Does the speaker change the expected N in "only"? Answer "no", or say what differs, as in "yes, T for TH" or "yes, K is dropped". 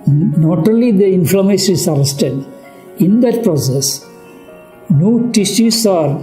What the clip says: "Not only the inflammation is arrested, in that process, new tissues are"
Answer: yes, N is dropped